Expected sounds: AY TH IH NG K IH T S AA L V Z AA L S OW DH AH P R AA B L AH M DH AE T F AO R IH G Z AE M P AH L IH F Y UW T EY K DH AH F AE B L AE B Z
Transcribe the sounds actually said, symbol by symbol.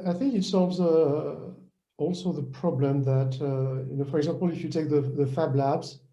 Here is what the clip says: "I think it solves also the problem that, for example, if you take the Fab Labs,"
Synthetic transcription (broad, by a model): AY TH IH NG K IH T S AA L V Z AA L S OW DH AH P R AA B L AH M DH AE T F AO R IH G Z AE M P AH L IH F Y UW T EY K DH AH F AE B L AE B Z